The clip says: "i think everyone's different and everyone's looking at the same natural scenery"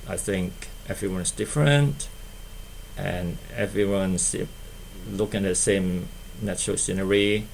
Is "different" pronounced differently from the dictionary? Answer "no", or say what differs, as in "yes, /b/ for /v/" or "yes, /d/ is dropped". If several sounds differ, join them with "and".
no